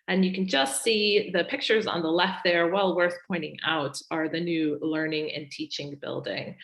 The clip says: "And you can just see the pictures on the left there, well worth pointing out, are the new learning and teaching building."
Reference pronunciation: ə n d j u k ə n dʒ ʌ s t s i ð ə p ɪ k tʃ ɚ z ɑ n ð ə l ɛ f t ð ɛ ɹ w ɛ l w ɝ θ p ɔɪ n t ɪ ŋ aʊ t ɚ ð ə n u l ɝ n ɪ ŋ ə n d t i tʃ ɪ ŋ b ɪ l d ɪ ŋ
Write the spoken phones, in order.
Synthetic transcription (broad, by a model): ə n j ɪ k n dʒ ʌ s t s i ð ə p ɪ k tʃ ɚ z n ð ə l ɛ f t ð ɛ ɹ w ɛ l w ɝ θ p ɔɪ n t ɪ ŋ aʊ t ɚ ð ə n u l ɝ n ɪ ŋ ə n t i tʃ ɪ ŋ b ɪ l d ɪ ŋ